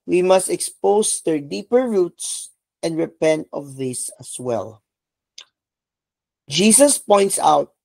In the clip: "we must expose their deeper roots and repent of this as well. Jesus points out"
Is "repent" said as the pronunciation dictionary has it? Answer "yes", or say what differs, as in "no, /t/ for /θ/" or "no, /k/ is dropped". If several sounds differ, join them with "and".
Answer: yes